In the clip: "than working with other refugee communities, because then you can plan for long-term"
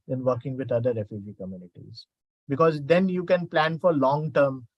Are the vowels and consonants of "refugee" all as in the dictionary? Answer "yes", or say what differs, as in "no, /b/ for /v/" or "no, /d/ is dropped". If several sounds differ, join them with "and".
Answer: yes